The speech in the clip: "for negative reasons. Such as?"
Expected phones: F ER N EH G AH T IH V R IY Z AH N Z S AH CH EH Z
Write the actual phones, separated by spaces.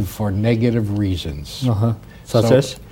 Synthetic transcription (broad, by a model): F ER N EH G AH T IH V R IY Z AH N Z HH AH S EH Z